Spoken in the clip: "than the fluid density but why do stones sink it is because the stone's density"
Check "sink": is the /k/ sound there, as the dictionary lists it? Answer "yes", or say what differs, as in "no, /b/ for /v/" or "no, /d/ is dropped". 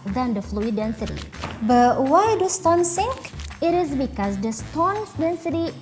yes